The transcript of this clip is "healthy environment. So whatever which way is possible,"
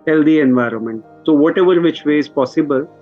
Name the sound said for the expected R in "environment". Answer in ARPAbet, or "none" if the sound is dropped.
R